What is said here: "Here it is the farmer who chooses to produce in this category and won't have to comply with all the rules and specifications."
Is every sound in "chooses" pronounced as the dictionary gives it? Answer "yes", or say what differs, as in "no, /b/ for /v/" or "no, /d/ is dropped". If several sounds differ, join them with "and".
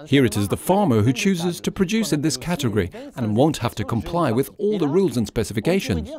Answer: yes